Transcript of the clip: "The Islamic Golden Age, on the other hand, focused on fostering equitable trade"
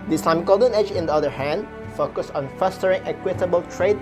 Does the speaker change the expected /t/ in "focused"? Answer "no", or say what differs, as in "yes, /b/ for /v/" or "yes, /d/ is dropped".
yes, /t/ is dropped